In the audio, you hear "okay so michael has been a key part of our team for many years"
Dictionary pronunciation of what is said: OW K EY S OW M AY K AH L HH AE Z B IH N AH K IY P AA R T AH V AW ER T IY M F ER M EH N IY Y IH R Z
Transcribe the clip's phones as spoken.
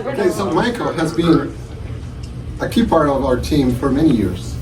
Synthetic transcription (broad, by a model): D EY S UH M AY K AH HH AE Z B IH N AH K IY P AA R T AH V AW ER T IY M F ER M EH N IY Y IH R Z